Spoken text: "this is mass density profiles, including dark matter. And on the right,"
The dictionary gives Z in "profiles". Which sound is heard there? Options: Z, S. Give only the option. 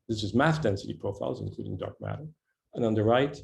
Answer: Z